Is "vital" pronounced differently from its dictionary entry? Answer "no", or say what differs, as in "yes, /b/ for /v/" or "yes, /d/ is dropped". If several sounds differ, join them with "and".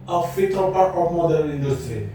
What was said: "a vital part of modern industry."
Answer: yes, /f/ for /v/